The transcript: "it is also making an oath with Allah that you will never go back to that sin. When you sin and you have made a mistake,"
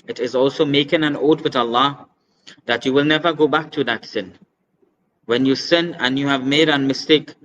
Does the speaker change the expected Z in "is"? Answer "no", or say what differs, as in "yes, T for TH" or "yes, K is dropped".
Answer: no